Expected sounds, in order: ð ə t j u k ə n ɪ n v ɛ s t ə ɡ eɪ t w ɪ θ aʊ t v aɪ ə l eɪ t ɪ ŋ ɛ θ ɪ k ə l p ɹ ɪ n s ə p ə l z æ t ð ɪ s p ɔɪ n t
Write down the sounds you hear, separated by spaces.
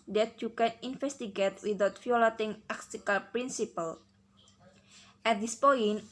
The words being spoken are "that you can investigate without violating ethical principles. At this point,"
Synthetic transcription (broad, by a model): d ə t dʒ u k ə n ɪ n f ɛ s t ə ɡ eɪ t w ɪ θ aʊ t f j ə l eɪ t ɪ ŋ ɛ s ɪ k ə l p ɹ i n s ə p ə l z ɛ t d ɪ s p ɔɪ n